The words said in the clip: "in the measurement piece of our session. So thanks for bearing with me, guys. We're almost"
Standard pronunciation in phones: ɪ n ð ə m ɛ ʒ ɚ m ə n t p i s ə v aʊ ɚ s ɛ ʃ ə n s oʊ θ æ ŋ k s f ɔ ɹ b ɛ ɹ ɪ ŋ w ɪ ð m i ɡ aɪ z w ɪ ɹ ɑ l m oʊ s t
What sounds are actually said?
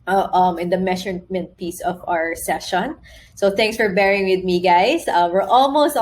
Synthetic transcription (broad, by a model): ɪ n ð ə m ɛ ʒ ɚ m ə n t p i s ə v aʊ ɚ s ɛ ʃ ə n s oʊ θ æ ŋ k s f ɔ ɹ b ɛ ɹ ɪ ŋ w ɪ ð m i ɡ aɪ s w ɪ ɹ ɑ l m oʊ s t